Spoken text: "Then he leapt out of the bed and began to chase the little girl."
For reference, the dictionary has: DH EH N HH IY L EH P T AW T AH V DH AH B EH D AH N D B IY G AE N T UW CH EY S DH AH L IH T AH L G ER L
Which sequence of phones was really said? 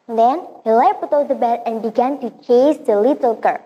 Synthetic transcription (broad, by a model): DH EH N HH IY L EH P UW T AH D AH B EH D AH N B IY G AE N T UW CH EY S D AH L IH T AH L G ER